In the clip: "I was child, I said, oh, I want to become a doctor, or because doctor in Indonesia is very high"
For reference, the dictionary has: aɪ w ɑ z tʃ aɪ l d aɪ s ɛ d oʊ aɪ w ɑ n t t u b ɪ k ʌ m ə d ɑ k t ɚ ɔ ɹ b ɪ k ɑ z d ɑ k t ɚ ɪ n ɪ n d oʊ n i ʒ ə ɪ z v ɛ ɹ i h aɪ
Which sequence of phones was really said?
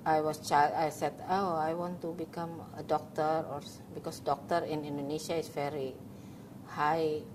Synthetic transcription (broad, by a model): aɪ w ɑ s tʃ aɪ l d aɪ s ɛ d oʊ aɪ w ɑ n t t u b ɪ k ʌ m ə d ɑ k t ɚ ɔ ɹ b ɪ k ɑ s d ɑ k t ɚ ɪ n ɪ n d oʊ n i ʃ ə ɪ s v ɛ ɹ i h aɪ